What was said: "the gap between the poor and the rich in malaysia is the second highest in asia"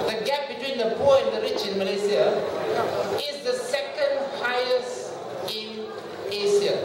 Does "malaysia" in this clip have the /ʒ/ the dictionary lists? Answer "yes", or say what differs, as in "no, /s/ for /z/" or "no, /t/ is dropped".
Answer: no, /s/ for /ʒ/